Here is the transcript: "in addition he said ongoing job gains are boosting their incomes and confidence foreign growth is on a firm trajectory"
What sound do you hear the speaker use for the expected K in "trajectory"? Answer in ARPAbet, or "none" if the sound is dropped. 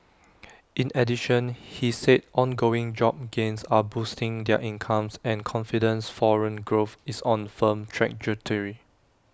none